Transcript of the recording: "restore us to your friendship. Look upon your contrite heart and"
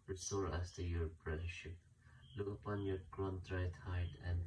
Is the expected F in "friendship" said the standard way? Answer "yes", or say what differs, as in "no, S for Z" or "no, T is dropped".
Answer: no, P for F